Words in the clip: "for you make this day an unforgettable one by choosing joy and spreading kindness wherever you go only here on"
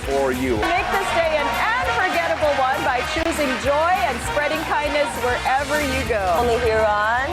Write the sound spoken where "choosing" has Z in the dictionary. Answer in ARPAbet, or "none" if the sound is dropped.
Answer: Z